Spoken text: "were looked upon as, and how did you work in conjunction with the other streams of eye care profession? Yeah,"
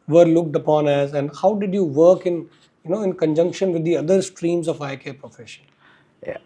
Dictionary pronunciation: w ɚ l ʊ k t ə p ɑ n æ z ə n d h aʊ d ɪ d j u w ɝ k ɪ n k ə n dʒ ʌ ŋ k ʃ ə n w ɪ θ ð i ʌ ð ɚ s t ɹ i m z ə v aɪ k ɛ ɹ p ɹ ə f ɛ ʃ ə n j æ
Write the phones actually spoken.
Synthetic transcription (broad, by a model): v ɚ l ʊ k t ə p ɑ n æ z ə n d h aʊ d ɪ d j u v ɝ k ɪ n k ə n dʒ ʌ ŋ k ʃ ə n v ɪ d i ʌ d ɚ s t ɹ i m z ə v aɪ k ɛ p ɹ ə f ɛ ʃ ə n